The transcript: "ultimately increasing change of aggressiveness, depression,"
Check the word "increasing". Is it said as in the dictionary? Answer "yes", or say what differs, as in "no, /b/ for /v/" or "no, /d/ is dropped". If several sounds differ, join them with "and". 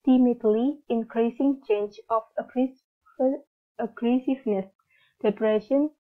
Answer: yes